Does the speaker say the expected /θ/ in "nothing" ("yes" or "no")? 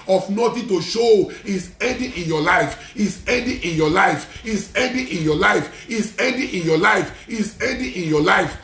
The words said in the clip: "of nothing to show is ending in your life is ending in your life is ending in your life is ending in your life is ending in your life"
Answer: no